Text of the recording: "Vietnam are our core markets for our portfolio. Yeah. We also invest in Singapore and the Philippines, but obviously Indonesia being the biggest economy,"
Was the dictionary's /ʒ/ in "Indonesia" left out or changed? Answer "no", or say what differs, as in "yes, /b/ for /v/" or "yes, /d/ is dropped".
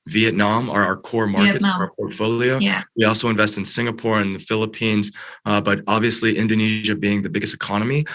no